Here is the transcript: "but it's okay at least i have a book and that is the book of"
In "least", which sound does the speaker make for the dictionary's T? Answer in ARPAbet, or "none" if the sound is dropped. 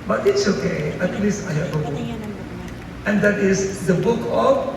none